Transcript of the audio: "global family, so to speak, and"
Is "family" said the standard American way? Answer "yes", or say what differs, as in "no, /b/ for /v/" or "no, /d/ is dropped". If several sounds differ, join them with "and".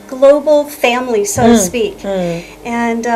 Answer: yes